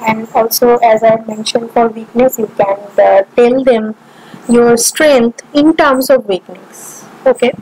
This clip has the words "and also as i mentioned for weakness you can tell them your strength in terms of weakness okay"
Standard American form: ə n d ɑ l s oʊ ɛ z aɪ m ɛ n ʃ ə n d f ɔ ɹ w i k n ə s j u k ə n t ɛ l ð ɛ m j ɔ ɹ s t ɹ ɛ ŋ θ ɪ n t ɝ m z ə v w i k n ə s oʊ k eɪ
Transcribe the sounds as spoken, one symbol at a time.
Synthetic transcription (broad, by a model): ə n d ɑ l s oʊ ɛ z aɪ m ɛ n ʃ ə n d f ɔ ɹ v i k n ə s j u k ə n t ɛ l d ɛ m j ɔ ɹ s t ɹ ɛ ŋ t ɪ n t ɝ m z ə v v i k n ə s oʊ k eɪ